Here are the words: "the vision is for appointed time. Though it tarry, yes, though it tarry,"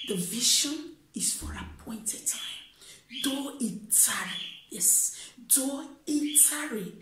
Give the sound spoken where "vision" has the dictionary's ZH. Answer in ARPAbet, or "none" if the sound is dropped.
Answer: SH